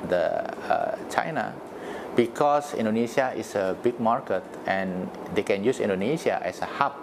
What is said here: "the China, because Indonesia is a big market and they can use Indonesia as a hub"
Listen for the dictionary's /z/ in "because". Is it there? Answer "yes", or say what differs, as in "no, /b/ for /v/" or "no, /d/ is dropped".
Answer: no, /s/ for /z/